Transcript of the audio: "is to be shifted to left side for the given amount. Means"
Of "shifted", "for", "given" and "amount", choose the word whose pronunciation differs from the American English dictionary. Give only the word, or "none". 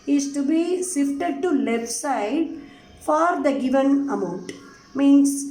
shifted